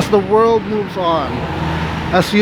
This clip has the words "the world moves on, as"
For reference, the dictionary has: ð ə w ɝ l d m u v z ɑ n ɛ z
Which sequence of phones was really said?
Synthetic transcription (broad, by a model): ð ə w ɝ l d m u v z n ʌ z